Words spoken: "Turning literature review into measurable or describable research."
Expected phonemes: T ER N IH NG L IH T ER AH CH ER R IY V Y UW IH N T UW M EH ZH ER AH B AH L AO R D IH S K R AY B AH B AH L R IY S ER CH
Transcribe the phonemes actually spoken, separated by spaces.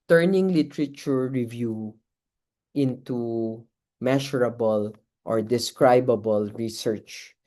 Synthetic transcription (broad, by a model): T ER N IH NG L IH T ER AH CH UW R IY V Y UW IH N T UW M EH SH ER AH B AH L AO R D IH S K R AY B AH B AH L R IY S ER CH